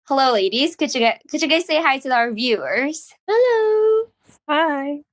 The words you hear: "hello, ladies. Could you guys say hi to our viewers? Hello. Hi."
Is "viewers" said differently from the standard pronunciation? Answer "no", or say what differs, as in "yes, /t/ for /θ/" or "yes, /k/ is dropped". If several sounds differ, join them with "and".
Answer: no